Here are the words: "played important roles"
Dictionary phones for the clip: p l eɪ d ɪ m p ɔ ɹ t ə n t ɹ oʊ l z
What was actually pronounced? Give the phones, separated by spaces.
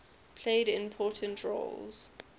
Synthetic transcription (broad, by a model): p l eɪ d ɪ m p ɔ t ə n t ɹ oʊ l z